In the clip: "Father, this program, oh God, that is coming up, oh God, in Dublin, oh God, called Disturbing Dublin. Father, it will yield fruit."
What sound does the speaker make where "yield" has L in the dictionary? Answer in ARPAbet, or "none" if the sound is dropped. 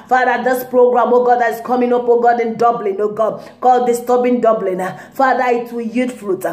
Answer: none